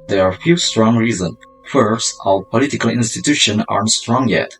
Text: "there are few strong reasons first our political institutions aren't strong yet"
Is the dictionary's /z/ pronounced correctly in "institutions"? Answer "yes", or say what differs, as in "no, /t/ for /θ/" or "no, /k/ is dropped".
no, /z/ is dropped